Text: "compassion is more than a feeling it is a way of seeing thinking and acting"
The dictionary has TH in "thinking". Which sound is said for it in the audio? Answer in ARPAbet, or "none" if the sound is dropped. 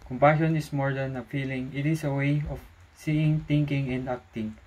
T